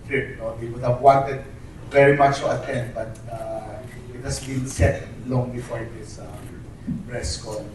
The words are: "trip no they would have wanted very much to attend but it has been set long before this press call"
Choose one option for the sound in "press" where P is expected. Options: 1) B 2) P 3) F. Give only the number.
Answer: 1